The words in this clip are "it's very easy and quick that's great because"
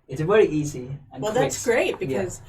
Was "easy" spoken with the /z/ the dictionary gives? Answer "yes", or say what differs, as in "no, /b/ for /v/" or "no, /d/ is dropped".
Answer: yes